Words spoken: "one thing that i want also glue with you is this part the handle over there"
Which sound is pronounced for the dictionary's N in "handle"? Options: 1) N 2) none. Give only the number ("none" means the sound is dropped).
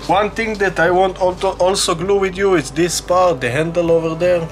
1